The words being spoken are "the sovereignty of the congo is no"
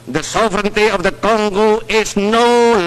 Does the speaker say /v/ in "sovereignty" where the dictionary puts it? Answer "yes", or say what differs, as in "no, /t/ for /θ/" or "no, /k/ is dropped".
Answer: yes